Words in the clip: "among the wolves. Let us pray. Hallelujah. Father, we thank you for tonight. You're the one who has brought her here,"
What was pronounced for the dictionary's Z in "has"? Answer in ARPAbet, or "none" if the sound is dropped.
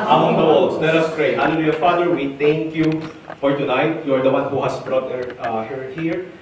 S